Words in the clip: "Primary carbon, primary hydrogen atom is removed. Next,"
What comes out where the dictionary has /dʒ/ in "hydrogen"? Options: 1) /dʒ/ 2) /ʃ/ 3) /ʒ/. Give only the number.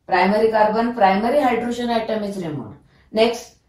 2